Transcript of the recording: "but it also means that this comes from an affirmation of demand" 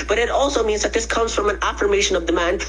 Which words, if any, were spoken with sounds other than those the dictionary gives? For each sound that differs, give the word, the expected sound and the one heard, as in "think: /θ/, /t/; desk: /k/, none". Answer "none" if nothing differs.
none